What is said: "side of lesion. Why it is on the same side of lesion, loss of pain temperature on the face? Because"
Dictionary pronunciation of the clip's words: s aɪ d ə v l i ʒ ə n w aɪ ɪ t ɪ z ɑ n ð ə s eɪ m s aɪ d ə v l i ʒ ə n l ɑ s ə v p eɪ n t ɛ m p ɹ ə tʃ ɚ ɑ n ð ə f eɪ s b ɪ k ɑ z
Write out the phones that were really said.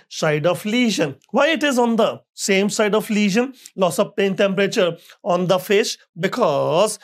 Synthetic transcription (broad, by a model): s aɪ d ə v l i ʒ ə n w aɪ ɪ t ɪ z ɑ n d ə s eɪ m s aɪ d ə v l i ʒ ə n l ɑ s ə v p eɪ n t ɛ m p ɹ ə tʃ ɚ ɑ n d ə f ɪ ʃ b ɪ k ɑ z